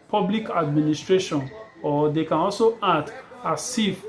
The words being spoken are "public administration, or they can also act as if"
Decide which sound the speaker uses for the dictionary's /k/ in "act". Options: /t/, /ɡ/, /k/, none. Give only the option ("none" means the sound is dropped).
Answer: none